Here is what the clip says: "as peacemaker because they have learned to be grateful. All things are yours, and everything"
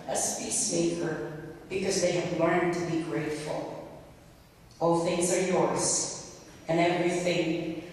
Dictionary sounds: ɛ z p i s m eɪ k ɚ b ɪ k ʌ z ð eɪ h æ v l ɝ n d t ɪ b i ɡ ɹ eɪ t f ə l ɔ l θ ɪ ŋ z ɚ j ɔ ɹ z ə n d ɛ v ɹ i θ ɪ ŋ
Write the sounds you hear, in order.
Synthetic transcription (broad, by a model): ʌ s p i s m eɪ k ɚ b ɪ k ʌ z ð eɪ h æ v l ɝ n t ɪ b i ɡ ɹ eɪ t f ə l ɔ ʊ θ ɪ ŋ z ɚ j ɔ ɹ z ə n ɛ v ɹ i θ ɪ ŋ